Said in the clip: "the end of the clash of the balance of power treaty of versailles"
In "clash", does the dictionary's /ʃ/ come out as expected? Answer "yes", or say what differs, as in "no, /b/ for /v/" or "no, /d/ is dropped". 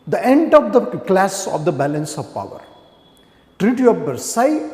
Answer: no, /s/ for /ʃ/